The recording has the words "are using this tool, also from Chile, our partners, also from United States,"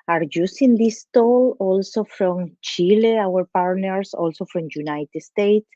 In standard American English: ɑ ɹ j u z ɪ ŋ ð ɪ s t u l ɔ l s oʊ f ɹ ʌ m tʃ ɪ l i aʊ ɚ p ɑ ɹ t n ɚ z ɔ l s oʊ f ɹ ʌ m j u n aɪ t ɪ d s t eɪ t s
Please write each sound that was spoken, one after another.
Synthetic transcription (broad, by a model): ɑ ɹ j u s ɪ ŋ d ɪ s t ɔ l ɔ l s oʊ f ɹ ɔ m tʃ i l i aʊ ɚ p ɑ ɹ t n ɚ s ɔ l s oʊ f ɹ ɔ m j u n aɪ t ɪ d s t eɪ t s